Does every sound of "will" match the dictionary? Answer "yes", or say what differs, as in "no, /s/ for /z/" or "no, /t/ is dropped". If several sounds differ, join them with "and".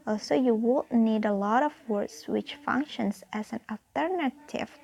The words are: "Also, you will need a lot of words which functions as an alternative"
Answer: no, /n/ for /l/